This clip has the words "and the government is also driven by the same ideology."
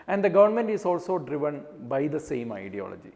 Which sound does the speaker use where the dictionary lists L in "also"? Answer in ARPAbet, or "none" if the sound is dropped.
L